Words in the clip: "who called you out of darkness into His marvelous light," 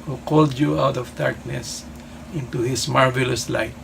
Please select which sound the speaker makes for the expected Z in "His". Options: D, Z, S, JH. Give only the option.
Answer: S